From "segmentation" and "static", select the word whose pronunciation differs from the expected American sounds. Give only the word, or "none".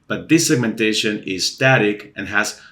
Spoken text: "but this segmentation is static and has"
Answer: none